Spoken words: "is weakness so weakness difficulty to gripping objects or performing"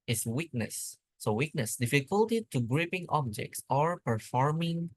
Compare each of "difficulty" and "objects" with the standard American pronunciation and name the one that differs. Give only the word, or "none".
none